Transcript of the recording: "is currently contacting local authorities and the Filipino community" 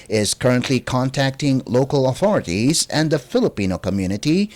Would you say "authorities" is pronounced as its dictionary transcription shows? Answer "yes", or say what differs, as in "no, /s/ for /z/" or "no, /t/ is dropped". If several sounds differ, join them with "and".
yes